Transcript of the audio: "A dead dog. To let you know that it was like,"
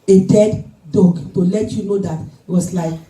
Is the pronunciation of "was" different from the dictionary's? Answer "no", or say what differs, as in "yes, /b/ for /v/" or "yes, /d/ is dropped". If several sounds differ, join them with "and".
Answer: yes, /s/ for /z/